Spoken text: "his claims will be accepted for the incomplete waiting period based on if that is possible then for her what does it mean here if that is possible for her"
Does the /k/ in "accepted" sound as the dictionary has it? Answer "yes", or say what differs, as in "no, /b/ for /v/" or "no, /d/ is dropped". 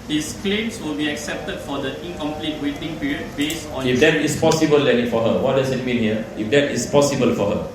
yes